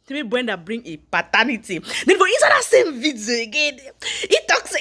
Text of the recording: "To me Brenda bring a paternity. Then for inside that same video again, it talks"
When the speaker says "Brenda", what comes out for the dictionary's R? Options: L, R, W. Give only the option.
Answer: W